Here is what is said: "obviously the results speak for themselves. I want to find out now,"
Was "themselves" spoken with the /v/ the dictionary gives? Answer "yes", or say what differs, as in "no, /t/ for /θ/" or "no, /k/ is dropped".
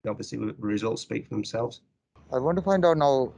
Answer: yes